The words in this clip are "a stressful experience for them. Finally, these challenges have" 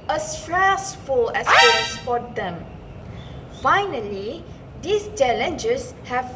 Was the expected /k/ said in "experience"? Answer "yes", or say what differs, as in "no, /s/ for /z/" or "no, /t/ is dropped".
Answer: no, /k/ is dropped